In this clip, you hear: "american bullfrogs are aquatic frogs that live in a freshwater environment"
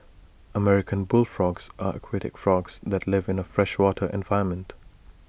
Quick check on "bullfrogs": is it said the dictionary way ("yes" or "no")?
yes